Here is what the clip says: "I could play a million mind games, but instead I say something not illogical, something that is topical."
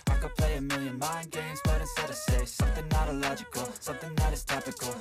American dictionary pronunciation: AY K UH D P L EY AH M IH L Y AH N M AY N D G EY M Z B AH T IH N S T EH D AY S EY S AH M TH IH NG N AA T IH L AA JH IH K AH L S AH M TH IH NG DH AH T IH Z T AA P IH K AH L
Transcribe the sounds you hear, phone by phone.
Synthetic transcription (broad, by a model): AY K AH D P L EY AH M IH L Y AH N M AY N G EY M Z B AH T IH S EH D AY S EY S AH M TH IH NG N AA T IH L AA JH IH K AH L S AH M TH IH NG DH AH T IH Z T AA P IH K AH L